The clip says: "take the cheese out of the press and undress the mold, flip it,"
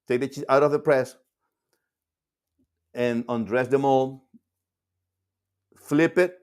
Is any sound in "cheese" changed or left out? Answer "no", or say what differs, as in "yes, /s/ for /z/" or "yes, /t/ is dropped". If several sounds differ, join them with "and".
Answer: yes, /z/ is dropped